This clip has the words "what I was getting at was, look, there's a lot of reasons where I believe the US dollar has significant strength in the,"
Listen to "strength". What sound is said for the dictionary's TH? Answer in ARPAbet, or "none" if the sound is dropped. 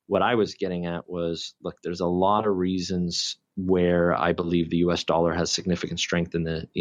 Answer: TH